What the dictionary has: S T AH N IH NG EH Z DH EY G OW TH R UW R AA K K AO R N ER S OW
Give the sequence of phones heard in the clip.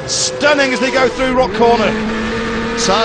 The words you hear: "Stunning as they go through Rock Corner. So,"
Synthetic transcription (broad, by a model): S T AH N IH NG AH Z DH EY G OW TH R UW R AA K K AO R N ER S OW